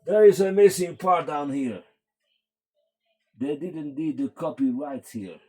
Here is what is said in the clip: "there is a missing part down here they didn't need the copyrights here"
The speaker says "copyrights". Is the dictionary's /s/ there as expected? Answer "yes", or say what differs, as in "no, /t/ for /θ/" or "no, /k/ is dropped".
no, /s/ is dropped